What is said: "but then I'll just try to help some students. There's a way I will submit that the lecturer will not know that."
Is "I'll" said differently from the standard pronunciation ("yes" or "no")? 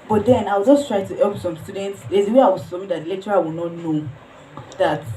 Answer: yes